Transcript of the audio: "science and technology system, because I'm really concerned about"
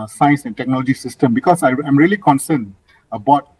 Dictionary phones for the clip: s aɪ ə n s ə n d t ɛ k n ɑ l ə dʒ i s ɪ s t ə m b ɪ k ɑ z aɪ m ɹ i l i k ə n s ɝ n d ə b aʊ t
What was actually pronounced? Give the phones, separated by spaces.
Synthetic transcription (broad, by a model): s aɪ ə n s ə n t ɛ k n ɑ l ə dʒ i s ɪ s t ə m b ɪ k ɑ s aɪ m ɹ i l i k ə n s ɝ n ə b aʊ t